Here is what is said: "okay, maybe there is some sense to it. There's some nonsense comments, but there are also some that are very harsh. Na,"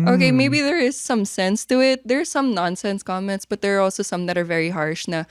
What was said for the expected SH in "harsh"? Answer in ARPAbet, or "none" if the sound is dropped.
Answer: SH